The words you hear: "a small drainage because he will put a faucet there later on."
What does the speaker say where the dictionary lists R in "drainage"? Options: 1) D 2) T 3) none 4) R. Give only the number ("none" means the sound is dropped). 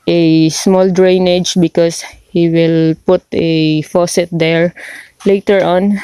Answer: 4